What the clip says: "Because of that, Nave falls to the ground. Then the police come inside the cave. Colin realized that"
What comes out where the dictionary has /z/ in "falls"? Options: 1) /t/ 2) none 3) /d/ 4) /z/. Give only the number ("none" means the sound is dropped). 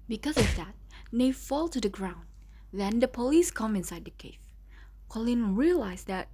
2